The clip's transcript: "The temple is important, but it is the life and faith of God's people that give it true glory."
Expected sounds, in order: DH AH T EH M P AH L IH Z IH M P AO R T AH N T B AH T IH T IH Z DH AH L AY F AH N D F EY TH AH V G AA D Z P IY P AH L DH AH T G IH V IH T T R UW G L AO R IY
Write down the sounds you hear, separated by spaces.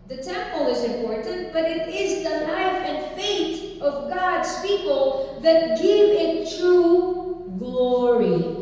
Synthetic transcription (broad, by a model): DH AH T EH M P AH L IH Z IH M P AO R T N T B AH T IH T IH Z DH AH N AY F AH N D F EY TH AH V G AA D Z P IY P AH L DH AH T G IH V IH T T R UW G L AO R IY